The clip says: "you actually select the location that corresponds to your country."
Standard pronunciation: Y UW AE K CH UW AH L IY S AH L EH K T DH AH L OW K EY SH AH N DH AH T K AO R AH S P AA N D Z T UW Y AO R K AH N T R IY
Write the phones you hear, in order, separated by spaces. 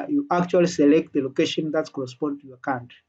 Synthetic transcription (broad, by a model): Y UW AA K CH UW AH L IY S AH L EH K T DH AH L OW K EY SH AH N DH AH T K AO R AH S P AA N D T UW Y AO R K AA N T